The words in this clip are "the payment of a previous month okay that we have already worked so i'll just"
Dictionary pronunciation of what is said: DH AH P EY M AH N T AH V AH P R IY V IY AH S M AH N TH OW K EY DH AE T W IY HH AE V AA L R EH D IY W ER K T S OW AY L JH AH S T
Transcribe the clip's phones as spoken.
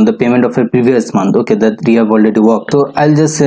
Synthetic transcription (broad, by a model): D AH P EY M AH N T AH F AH P R IY V IY AH S M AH N T OW K EY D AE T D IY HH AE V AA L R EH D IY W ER K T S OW AY L JH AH S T